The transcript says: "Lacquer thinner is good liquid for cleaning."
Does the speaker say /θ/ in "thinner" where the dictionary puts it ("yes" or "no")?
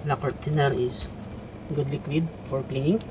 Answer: no